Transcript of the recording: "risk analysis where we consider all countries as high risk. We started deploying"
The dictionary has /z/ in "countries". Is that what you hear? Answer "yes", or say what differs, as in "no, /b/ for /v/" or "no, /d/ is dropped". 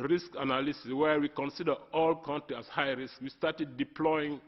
no, /z/ is dropped